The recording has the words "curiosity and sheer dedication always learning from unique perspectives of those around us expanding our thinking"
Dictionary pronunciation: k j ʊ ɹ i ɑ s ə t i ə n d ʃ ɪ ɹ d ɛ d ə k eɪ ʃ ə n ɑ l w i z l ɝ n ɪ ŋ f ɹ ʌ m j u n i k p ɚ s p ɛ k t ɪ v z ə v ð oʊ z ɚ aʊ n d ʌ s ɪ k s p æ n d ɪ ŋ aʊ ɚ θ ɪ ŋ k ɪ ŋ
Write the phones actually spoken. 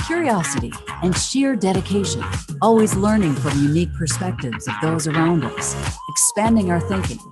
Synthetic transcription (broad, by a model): k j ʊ ɹ i ɑ s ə t i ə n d ʃ ɪ ɹ d ɛ d ə k eɪ ʃ ə n ɑ l w i z l ɝ n ɪ ŋ f ɹ ʌ m j u n i k p ɚ s p ɛ k t ɪ v z ə v ð oʊ z ɚ aʊ n d ʌ s ɪ k s p æ n d ɪ ŋ aʊ ɚ θ ɪ ŋ k ɪ ŋ